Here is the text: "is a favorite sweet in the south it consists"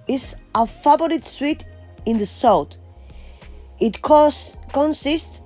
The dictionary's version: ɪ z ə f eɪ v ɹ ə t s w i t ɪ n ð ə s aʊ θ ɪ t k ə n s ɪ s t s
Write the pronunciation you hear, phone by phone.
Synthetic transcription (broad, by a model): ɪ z ə f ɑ b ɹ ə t s w i t ɪ n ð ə s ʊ t ɪ t k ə n s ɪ s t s